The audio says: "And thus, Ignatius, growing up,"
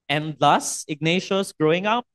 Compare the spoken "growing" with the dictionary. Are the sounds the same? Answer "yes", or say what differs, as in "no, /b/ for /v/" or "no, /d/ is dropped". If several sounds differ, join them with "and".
yes